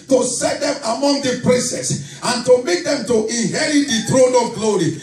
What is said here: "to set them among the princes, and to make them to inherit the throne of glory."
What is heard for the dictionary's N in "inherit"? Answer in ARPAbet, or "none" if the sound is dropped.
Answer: N